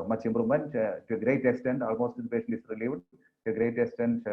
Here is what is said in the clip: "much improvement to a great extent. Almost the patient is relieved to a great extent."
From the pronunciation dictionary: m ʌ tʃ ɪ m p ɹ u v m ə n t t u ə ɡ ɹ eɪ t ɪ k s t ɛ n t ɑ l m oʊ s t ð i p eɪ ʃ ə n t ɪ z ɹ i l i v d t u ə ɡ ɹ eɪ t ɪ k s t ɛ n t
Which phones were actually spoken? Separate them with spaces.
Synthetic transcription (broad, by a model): m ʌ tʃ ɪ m b ɹ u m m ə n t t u ə ɡ ɹ eɪ t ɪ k s t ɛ n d ɑ l m oʊ s t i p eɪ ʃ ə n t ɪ s ɹ i l i v d t u ə ɡ ɹ eɪ t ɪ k s t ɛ n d